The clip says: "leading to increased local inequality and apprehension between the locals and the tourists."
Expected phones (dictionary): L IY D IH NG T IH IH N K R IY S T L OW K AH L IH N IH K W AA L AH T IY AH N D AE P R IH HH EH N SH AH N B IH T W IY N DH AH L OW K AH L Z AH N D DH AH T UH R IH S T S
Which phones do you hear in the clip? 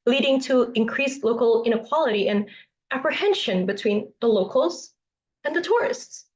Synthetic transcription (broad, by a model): L IY D IH NG T IH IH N K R IY S L OW K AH L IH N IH K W AA L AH T IY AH N AE P R IH HH EH N SH AH N B IH T W IY N DH AH L OW K L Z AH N DH AH T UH R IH S T S